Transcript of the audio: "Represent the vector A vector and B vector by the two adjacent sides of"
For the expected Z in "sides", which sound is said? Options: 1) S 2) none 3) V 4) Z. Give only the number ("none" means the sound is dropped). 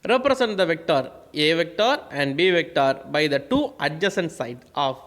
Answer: 2